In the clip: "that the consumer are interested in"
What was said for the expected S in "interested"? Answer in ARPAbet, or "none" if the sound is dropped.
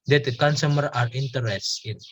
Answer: none